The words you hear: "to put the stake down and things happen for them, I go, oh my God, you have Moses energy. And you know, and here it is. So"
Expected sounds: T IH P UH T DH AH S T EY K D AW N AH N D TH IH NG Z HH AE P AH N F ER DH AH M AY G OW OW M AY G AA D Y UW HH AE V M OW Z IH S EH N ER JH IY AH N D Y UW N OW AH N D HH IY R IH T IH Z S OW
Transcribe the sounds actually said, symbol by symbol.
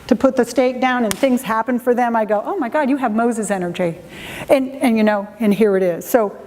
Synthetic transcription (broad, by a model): T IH P UH T DH AH S T EY K D AW N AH N TH IH NG Z HH AE P AH N F ER DH AH M AY G OW OW M AY G AA D Y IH V M OW Z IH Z EH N ER JH IY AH N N Y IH N OW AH N HH IY R IH T IH Z S OW